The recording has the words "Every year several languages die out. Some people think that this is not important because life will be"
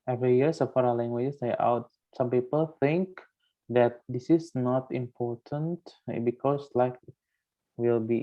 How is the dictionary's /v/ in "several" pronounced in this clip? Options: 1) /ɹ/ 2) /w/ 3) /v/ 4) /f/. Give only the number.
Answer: 4